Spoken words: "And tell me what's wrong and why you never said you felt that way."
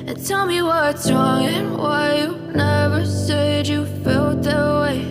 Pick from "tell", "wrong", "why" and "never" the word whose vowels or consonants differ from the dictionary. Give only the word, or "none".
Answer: none